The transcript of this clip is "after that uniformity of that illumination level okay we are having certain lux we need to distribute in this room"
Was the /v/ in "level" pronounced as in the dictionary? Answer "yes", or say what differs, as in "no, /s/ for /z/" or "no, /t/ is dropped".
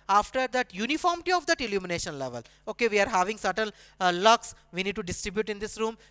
yes